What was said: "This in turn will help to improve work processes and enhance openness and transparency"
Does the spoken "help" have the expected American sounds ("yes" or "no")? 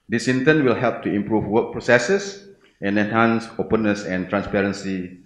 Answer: yes